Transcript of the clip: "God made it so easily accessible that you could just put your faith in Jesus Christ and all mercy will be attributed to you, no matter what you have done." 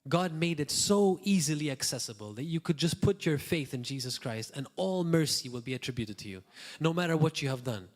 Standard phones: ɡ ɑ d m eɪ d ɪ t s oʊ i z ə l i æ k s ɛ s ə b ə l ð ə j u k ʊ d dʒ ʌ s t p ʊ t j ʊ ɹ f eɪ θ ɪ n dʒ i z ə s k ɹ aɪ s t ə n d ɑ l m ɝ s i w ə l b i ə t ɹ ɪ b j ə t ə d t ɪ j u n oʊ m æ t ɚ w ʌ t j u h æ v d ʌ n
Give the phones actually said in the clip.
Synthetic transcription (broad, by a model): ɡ ɑ d m eɪ d ɪ t s oʊ i z ə l i æ k s ɛ s ə b ə l ð ə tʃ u k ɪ d dʒ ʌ s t p ʊ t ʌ ɹ f eɪ θ ɪ n dʒ i z ə s k ɹ aɪ s t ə n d ɑ l m ɝ s i w ə l b i ə t ɹ ɪ b j ə t ə d t ɪ j u n oʊ m æ t ɚ w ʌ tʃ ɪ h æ v d ʌ n